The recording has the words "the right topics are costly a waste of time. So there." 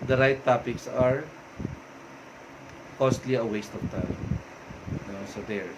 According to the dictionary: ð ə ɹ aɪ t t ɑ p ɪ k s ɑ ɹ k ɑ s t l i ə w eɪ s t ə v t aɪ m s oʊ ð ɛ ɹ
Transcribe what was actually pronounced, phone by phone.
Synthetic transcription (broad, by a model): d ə ɹ aɪ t t ɑ p ɪ k s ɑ ɹ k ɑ s t l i ə w eɪ s t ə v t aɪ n s oʊ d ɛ ɹ